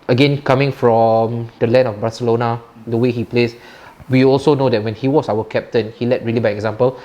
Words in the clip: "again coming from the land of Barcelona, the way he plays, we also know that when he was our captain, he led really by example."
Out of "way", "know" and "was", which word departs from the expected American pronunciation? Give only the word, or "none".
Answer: was